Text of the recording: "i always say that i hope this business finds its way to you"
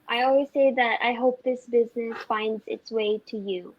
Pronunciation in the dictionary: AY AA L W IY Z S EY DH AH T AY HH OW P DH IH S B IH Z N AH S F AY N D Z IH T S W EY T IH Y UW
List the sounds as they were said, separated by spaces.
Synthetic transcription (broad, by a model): AY AA L W IY Z S EY DH AH T AY HH OW P DH IH S B IH Z N AH S F AY N D Z IH T S W EY T IH Y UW